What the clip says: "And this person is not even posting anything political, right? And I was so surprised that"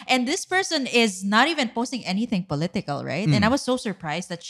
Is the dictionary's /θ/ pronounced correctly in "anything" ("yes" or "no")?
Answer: yes